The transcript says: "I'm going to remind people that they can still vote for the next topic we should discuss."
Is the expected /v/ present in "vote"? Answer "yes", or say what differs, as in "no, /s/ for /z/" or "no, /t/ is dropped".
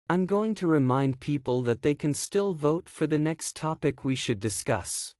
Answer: yes